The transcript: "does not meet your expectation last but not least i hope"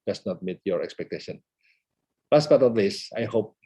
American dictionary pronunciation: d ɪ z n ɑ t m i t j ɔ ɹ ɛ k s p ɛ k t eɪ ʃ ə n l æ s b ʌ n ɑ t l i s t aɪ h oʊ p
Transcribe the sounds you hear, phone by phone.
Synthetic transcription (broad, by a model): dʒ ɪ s n ɑ t m i t j ɔ ɹ ɛ k s p ɛ k t eɪ ʃ ə n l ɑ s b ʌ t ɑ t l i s aɪ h oʊ p